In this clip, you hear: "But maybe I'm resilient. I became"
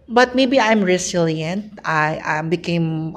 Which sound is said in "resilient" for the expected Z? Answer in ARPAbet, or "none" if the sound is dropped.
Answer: S